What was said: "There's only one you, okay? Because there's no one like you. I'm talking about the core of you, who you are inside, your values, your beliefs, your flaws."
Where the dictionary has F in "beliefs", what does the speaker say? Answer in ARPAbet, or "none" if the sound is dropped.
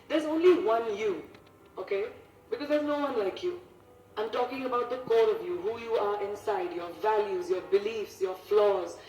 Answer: F